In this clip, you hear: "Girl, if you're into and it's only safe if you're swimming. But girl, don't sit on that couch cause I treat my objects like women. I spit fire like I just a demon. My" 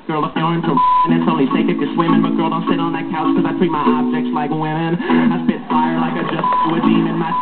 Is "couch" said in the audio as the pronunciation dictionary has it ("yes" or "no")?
no